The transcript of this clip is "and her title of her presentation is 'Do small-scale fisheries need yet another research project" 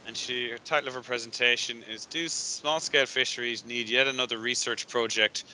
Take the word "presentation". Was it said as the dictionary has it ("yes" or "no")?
yes